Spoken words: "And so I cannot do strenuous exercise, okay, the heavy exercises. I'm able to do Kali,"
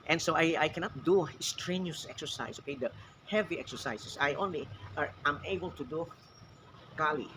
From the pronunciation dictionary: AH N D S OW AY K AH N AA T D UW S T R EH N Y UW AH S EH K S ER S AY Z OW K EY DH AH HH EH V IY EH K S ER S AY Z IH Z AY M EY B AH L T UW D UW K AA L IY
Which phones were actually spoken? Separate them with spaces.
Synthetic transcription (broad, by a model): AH N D S OW AY K AH N AA T D UW S T R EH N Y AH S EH K S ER S AY S OW K EY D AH HH EH V IY EH K S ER S AY S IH S AY M EY B AH L T UW D UW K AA L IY